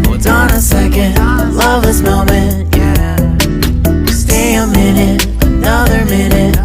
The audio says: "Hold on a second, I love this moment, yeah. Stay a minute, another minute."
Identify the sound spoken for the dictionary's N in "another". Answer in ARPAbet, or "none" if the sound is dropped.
N